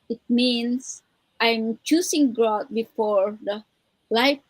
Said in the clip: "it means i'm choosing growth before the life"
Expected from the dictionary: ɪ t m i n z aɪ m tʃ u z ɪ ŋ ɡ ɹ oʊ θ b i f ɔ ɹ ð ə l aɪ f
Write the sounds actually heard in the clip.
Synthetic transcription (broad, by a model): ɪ t m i n s aɪ m tʃ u s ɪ ŋ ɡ ɹ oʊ t b i f ɔ ɹ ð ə l aɪ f